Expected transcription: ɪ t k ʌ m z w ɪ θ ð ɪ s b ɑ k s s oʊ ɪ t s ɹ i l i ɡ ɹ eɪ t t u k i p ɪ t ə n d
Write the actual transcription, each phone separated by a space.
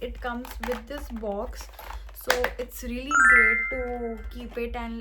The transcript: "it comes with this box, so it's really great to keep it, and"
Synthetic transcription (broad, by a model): ɪ t k ʌ m z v ɪ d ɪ s b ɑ k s s oʊ ɪ t s ɹ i l i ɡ eɪ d t u k i p ɪ t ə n